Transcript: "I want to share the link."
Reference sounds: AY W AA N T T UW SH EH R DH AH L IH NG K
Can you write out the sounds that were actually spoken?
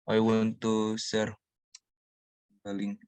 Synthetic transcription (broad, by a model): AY W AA N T T UW S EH R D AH L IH NG